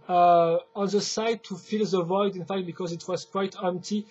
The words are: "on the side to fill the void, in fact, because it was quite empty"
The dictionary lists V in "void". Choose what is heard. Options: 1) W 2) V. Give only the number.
2